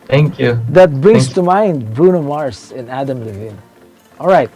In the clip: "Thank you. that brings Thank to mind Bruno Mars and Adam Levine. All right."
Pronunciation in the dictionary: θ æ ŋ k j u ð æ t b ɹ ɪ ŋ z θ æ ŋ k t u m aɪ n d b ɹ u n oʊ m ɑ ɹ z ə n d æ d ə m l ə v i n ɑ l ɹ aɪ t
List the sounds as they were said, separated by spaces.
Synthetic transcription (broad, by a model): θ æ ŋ k j u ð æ t b ɹ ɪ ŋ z t u m aɪ n d b ɹ u n oʊ m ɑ ɹ s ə n æ d ə m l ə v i n ɑ l ɹ aɪ t